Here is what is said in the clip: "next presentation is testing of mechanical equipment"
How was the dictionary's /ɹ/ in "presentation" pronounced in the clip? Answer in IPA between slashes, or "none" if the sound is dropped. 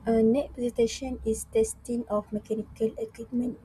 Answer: none